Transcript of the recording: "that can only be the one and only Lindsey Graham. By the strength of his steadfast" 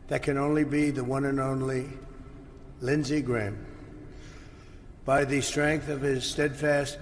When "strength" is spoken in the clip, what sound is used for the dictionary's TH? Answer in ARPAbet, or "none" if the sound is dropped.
TH